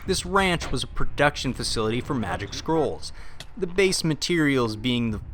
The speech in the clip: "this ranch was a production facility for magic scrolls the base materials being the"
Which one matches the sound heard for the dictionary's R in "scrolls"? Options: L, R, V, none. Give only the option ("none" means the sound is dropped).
R